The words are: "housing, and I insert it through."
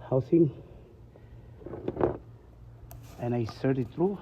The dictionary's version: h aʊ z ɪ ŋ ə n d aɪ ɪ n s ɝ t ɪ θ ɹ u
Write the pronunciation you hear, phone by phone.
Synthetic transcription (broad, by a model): h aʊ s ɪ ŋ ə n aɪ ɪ s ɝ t ɪ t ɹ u